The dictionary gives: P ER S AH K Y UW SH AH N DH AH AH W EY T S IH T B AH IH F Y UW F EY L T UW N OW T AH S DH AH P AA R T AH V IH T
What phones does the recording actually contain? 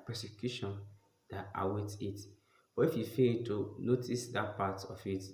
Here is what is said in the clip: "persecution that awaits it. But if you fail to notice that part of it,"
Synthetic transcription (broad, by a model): P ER S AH K Y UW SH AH N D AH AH W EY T IH T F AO IH F Y UW F EY L T UW N OW T AH S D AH P AA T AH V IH T